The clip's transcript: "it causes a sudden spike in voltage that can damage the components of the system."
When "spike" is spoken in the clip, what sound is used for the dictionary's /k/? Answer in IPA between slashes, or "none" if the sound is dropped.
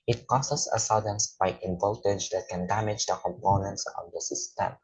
none